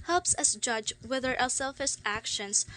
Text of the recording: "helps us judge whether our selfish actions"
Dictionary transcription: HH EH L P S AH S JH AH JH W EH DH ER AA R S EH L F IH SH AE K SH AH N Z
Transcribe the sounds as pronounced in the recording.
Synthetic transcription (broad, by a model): HH EH L P S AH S JH AH JH W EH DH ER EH L S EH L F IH S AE K SH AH N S